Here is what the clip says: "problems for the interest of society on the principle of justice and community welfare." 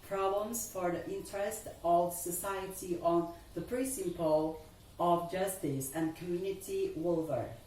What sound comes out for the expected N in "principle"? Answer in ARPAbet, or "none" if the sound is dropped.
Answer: none